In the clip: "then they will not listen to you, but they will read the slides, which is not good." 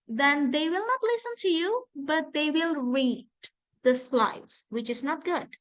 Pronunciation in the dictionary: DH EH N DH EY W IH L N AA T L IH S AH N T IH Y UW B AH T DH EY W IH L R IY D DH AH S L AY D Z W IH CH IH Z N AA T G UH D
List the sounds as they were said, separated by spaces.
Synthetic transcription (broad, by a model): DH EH N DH EY W IH L N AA T L IH S AH N T IH Y UW B AH T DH EY W IH L R IY D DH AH S L AY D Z W IH CH IH Z N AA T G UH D